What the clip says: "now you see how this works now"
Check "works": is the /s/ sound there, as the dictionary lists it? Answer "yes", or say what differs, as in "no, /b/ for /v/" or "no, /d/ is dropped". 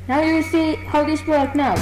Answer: no, /s/ is dropped